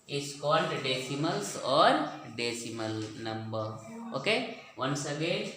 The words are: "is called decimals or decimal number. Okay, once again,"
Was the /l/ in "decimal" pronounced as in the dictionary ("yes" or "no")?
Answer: yes